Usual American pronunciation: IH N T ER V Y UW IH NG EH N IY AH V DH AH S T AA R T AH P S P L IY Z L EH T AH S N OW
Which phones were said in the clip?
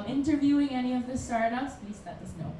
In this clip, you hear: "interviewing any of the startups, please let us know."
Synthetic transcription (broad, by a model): IH N T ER V Y UW IH NG EH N IY AH V DH AH S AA R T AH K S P IY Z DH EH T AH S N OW